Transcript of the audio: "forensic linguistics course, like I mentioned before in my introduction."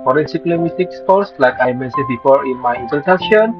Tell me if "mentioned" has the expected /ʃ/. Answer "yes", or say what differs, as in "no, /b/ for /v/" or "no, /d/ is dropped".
no, /s/ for /ʃ/